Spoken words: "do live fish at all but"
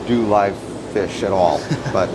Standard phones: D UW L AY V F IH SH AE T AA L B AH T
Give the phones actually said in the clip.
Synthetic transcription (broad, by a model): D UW L AY V F IH SH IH T AA L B AH T